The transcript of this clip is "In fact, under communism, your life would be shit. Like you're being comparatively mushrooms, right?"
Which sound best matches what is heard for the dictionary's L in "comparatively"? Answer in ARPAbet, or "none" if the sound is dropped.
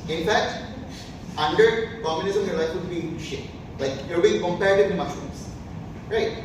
none